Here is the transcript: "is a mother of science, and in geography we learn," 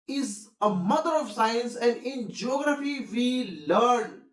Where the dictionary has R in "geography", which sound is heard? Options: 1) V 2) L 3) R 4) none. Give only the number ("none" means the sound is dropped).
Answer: 3